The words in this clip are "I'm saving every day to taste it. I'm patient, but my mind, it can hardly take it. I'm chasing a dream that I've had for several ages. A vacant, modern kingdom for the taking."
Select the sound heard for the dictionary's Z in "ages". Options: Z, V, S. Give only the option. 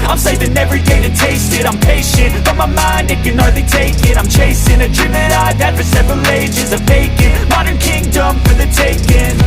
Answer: Z